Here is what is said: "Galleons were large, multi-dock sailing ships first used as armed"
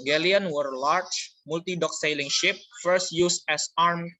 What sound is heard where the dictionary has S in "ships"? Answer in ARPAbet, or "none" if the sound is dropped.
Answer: none